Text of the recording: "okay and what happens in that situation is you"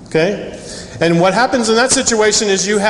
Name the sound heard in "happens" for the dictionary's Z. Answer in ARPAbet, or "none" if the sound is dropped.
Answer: Z